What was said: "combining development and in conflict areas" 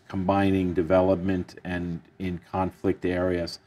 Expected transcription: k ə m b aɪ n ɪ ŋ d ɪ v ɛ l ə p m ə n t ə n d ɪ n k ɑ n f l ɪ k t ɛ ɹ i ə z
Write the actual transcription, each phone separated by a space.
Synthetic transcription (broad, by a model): k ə m b aɪ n ɪ ŋ d ɪ v ɛ l ə p m ə n t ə n ɪ n k ɑ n f l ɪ k t ɛ ɹ i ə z